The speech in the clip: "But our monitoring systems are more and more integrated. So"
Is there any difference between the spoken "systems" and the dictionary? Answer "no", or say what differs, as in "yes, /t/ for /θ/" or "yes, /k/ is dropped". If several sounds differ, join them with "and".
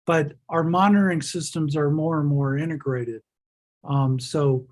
no